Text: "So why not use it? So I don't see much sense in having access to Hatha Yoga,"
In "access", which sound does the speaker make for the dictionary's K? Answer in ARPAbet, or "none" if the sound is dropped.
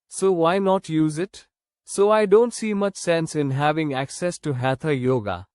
K